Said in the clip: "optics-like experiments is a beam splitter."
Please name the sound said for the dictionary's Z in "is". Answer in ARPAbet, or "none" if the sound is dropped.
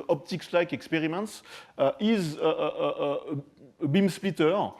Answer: Z